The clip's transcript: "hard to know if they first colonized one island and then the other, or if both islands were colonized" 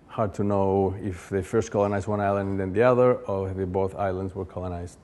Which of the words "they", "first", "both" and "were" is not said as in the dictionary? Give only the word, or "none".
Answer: none